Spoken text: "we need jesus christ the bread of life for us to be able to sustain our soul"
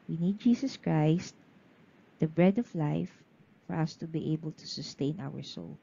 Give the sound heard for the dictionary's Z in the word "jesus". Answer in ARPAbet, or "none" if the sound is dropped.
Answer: S